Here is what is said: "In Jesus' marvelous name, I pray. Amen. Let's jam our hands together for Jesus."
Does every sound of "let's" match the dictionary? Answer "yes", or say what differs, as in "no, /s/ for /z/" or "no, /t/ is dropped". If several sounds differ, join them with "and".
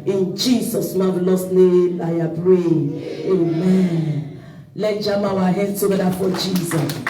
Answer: no, /s/ is dropped